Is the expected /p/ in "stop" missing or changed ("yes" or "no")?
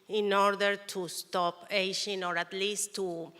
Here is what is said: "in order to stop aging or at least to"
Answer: no